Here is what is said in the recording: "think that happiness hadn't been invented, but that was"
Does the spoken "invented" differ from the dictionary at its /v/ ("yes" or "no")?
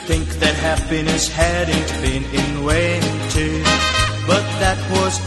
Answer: yes